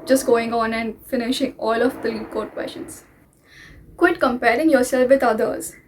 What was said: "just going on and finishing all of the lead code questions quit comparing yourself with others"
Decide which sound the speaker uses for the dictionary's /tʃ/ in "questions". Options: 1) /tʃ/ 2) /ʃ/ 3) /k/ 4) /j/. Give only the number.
2